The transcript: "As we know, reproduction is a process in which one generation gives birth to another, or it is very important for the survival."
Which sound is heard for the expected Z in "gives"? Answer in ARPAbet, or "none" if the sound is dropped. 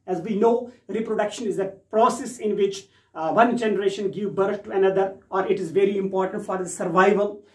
none